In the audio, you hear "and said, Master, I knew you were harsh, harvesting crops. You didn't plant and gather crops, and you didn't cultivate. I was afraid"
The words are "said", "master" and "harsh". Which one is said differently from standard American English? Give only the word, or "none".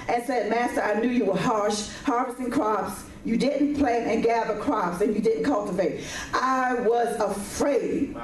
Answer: none